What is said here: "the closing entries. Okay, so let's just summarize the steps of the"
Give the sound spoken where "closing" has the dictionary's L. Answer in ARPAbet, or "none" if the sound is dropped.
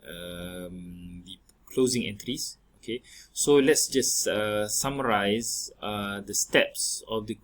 L